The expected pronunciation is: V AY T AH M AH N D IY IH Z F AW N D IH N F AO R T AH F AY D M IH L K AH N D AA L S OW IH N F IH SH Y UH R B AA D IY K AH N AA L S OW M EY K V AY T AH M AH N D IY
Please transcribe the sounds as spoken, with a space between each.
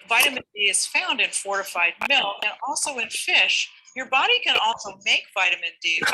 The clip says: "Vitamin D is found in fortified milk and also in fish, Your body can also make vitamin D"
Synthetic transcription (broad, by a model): V AY T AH M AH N D IY IH Z F AW N D IH N F AO R T AH F AY D M IH L AH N AA L S OW IH N F IH SH Y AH R B AA D IY K AH N AA L S OW M EY K V AY T AH M AH N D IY